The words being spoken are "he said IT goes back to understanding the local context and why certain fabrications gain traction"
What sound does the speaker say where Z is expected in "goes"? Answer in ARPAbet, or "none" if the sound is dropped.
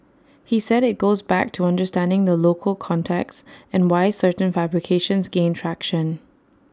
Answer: Z